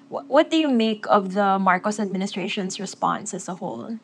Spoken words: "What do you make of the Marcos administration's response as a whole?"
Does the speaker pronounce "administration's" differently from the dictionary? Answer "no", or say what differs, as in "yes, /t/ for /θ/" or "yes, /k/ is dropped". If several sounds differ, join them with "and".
yes, /s/ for /z/